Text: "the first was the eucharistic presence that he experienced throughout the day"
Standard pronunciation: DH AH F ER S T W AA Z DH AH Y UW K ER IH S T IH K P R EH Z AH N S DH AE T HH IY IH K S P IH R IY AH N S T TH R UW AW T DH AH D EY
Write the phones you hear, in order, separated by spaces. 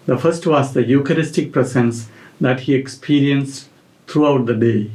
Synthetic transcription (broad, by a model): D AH F ER S T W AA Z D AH Y UW K ER IH S T IH K P R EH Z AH N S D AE T HH IY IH K S P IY R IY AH N S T T R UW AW T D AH D EY